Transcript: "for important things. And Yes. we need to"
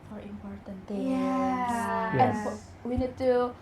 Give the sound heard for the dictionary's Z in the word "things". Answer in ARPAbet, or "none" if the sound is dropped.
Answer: none